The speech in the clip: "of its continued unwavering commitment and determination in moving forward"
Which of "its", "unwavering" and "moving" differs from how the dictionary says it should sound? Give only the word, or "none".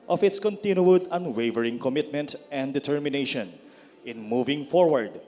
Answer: none